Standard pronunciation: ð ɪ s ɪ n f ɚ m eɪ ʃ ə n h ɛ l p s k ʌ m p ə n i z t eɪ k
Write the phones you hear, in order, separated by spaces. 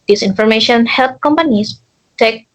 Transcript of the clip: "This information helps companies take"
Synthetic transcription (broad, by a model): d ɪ s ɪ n f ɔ m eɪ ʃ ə n h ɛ l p k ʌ m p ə n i s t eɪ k